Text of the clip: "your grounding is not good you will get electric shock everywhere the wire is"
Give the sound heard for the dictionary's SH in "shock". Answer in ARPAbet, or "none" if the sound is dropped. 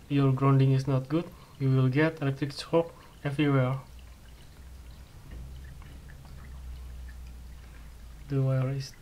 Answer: S